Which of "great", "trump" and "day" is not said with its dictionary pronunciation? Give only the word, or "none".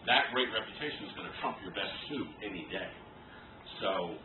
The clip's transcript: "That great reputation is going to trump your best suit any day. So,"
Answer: none